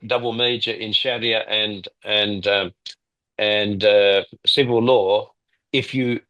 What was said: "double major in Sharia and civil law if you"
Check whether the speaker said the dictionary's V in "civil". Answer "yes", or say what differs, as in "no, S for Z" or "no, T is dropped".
yes